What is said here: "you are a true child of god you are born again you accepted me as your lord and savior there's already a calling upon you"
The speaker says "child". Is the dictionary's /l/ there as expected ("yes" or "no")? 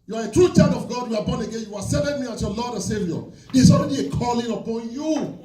no